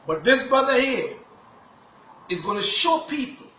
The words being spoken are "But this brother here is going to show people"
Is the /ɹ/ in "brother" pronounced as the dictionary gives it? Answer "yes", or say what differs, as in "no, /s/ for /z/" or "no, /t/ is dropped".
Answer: no, /ɹ/ is dropped